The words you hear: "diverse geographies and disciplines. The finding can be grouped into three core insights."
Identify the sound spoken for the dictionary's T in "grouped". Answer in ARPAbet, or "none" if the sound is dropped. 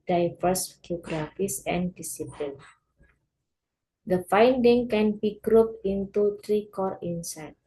none